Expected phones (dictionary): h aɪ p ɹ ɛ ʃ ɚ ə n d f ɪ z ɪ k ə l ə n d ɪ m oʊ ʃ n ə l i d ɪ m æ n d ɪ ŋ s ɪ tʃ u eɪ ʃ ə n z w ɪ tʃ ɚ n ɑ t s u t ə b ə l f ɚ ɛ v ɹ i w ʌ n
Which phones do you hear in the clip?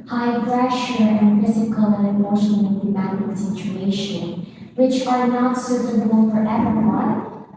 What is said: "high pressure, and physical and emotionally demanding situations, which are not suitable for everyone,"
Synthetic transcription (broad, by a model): h aɪ p ɹ ɛ ʃ ɚ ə n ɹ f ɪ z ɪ k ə l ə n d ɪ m oʊ ʃ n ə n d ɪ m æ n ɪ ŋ s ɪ tʃ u eɪ ʃ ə n w ɪ tʃ ɚ n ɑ t s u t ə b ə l f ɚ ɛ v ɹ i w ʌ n